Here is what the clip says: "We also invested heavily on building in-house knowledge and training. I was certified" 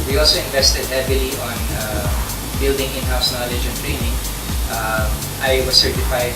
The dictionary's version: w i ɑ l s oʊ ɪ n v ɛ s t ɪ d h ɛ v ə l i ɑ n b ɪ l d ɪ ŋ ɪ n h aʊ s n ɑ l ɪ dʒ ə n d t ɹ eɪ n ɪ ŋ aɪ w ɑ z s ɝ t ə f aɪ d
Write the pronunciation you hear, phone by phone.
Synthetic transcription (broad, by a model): w i ɑ l s oʊ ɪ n v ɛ s t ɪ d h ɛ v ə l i ɑ n b ɪ l d ɪ ŋ ɪ n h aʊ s n ɑ l ɪ dʒ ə n t ɹ eɪ n ɪ ŋ aɪ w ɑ s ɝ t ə f aɪ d